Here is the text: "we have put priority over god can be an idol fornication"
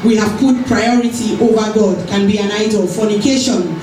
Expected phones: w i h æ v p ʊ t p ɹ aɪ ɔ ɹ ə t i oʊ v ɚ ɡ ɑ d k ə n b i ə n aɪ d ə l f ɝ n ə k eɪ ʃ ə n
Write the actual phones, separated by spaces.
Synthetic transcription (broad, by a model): w i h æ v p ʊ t p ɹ aɪ ɔ ɹ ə t i oʊ v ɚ ɡ ɑ d k ə n b i ə n aɪ d ə l f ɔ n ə k eɪ ʃ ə n